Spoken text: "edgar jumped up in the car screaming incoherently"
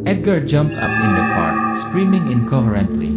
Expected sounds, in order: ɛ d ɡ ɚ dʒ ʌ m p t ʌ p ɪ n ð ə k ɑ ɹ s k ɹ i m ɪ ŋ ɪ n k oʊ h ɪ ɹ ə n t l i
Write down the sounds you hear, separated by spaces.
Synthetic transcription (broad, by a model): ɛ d ɡ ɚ dʒ ʌ m p t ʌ p ɪ n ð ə k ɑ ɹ s k ɹ i m ɪ ŋ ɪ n k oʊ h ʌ ɹ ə n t l i